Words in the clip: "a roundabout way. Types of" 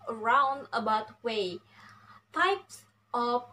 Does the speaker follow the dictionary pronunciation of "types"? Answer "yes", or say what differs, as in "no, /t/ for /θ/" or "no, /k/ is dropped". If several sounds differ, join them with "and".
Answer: yes